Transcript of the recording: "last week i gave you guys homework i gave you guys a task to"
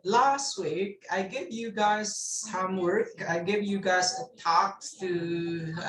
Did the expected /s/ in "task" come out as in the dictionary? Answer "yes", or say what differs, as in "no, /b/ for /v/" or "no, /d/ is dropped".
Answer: no, /s/ is dropped